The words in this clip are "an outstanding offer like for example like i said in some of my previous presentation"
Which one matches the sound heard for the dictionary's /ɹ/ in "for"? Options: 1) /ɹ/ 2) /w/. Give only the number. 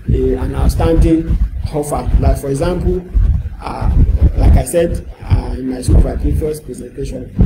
1